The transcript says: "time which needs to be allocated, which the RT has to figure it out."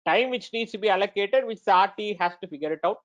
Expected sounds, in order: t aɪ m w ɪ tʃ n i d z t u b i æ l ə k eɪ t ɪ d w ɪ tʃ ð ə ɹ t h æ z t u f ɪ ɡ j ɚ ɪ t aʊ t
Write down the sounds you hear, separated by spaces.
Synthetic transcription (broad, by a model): t aɪ m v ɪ tʃ n i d s t u b i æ l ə k eɪ t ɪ d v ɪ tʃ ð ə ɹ t h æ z t u f ɪ ɡ j ɚ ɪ t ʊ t